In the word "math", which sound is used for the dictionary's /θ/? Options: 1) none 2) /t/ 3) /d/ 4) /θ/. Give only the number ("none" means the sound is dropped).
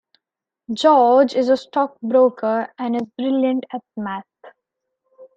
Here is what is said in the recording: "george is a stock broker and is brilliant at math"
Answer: 2